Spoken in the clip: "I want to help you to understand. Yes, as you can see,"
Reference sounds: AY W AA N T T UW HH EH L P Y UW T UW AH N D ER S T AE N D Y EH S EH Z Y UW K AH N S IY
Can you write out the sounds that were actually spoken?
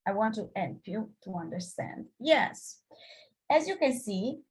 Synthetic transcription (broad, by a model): AY W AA N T T UW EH N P Y UW T UW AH N D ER S T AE N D Y EH S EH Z Y UW K AH N S IY